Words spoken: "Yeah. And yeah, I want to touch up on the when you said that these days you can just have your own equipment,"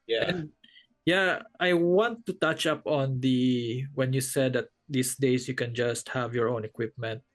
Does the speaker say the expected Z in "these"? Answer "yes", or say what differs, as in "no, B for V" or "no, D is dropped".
no, S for Z